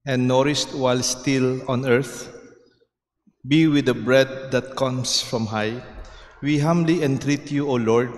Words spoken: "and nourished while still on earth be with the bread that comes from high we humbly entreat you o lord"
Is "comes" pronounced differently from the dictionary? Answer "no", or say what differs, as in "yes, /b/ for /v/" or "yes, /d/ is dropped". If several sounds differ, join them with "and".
yes, /s/ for /z/